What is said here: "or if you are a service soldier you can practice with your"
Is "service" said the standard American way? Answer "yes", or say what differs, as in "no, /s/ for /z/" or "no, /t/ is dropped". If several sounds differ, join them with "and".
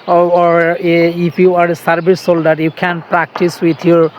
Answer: no, /b/ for /v/